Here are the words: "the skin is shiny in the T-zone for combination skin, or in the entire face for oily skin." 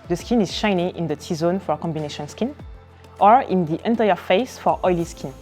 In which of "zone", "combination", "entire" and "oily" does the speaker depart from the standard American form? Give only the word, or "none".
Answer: none